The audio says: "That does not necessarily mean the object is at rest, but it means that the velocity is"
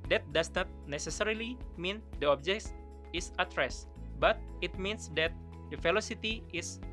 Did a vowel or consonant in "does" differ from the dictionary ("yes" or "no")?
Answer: yes